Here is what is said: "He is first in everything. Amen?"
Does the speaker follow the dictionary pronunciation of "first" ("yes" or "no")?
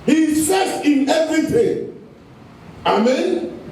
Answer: no